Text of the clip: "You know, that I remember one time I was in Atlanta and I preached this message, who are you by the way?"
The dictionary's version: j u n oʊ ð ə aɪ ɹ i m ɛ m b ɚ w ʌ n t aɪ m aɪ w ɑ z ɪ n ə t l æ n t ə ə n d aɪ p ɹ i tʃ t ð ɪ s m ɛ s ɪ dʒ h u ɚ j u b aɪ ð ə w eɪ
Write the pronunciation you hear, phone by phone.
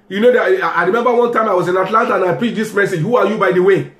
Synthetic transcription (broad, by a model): j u n oʊ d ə aɪ ɹ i m ɛ m b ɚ w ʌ n t aɪ m aɪ w ɑ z ɪ n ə t l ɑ n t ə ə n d aɪ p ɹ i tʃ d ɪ s m ɛ s ɪ dʒ h u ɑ j u b aɪ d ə w eɪ